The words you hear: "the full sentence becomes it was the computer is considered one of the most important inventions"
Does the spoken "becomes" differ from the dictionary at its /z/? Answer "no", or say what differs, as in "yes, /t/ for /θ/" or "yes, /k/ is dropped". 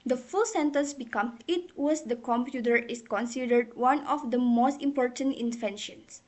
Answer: yes, /z/ is dropped